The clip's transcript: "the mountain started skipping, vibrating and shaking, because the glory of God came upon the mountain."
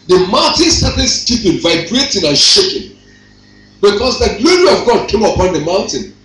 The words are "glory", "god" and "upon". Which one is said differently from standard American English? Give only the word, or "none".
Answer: none